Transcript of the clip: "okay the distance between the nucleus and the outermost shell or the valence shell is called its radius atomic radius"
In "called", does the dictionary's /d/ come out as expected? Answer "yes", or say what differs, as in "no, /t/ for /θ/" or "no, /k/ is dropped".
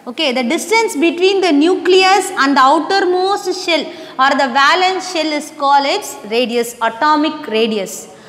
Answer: no, /d/ is dropped